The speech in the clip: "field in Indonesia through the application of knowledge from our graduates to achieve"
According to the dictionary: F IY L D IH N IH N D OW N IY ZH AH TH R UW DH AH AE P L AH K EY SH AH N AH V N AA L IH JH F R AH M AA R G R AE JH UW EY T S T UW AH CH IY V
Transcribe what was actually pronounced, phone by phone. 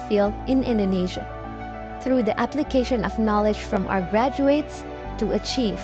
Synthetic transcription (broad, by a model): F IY L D IH N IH N D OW N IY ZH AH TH R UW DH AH AE P L AH K EY SH AH N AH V N AA L IH JH F R AH M AA R G R AE JH UW EY T S T UW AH CH IY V